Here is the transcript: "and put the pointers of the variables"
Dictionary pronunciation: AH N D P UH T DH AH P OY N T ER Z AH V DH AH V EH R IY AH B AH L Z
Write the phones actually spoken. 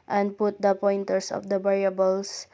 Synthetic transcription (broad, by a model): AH N D P UH T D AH P OY N T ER S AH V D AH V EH R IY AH B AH L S